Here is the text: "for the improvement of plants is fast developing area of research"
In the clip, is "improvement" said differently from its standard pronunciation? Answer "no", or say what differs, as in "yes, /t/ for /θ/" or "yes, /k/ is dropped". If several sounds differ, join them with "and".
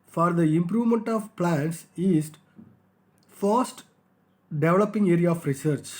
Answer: no